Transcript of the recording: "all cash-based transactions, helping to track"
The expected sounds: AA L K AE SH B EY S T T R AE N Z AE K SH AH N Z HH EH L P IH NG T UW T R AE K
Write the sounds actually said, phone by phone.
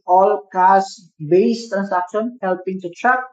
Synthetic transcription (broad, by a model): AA L K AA S B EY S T T R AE N S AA K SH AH N HH EH L P IH NG T UW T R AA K